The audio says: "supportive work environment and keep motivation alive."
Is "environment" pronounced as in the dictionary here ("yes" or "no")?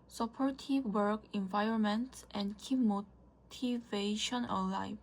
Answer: yes